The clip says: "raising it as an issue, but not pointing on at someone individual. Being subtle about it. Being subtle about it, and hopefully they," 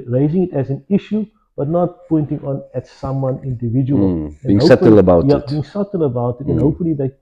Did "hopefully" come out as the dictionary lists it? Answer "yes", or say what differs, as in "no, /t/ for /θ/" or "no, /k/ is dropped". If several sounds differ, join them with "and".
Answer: no, /f/ is dropped